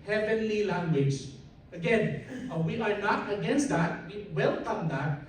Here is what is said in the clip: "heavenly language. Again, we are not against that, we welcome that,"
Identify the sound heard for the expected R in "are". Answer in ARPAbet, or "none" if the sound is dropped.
R